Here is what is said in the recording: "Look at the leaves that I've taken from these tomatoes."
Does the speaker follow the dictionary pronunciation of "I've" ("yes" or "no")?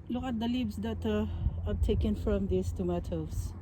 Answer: no